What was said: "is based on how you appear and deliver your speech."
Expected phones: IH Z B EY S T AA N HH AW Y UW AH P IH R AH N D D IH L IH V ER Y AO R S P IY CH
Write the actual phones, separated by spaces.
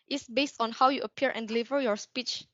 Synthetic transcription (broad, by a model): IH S B EY S T AA N HH AW Y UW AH P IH R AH N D D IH L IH V ER Y AO R S P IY CH